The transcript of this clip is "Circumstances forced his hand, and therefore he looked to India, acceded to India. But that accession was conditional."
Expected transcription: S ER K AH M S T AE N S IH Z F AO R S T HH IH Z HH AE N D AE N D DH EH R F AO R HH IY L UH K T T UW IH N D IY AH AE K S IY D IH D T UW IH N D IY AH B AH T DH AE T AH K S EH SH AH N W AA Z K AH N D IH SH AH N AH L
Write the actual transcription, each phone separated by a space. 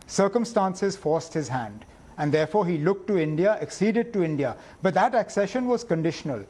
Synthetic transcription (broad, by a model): S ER K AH M S T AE N S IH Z F AO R S T HH IH Z HH AE N D AE N D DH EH R F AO R HH IY L UH K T T UW IH N D IY AH AE K S IY D IH D T UW IH N D IY AH B AH T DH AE T AH K S EH SH AH N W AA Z K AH N D IH SH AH N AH L